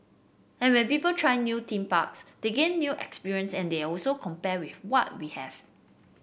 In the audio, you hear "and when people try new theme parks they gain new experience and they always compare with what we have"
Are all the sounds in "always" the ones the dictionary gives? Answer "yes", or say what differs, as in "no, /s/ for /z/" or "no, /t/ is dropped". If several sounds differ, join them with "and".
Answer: no, /z/ is dropped